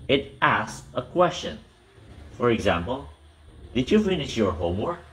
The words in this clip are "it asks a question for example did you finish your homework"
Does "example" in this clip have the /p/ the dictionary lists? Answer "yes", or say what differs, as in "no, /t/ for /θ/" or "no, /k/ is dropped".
yes